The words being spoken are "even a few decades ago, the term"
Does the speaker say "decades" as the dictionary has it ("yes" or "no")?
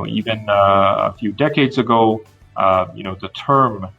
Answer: yes